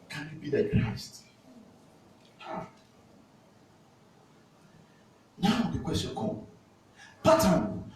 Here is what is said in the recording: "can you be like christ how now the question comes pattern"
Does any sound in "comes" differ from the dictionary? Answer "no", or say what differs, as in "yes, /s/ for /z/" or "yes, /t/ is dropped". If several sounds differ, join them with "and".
yes, /z/ is dropped